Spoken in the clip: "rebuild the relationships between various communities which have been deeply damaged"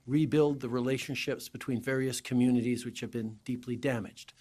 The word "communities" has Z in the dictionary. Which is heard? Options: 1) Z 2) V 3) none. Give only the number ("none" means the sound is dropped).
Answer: 1